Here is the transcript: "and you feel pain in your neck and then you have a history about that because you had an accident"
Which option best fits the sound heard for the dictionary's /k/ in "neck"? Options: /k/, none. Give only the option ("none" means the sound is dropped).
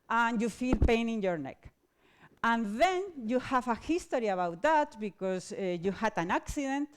/k/